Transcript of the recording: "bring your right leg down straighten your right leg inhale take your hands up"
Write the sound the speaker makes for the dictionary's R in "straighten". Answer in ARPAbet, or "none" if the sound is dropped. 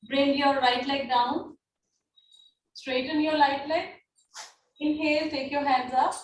R